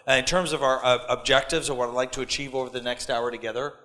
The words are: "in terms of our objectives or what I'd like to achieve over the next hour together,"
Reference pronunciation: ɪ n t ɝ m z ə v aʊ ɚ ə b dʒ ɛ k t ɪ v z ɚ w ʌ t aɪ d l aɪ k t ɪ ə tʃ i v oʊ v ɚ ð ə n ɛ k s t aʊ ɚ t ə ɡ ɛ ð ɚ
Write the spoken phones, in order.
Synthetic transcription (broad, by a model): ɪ n t ɝ m z ə v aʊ ɚ ə b dʒ ɛ k t ɪ v z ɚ w ʌ t aɪ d l aɪ k t ɪ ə tʃ i v oʊ v ɚ ð ə n ɛ k s t aʊ ɚ t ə ɡ ɛ ð ɚ